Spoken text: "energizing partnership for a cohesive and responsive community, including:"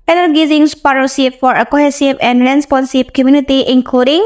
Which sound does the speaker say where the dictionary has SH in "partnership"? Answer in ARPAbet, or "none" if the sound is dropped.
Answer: S